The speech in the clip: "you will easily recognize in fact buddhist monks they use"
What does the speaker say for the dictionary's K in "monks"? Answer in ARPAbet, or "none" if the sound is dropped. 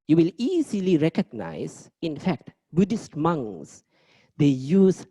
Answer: none